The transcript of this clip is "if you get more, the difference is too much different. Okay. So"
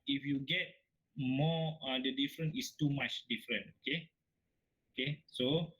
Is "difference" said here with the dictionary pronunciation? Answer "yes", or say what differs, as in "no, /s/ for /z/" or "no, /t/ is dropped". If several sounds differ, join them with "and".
no, /s/ is dropped